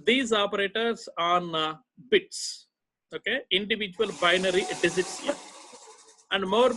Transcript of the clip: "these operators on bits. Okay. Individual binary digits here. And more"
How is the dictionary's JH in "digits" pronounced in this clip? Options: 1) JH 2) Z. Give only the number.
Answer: 2